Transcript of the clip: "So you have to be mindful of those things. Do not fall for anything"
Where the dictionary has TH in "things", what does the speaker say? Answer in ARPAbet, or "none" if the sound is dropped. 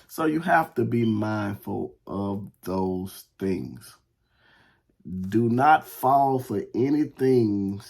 TH